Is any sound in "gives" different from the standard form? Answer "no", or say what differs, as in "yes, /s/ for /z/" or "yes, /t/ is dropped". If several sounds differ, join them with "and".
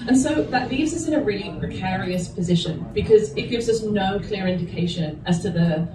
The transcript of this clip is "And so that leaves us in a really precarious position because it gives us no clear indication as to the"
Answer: no